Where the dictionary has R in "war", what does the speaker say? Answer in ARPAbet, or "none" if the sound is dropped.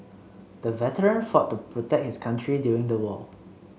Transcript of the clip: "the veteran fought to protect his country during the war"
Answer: L